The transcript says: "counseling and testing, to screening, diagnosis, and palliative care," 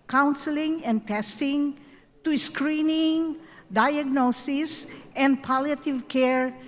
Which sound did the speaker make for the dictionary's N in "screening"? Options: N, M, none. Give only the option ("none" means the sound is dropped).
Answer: N